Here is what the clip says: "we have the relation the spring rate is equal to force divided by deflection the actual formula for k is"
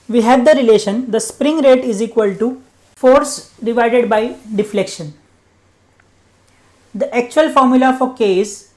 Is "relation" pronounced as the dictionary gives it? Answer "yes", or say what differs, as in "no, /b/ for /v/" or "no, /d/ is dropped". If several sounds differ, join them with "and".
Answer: yes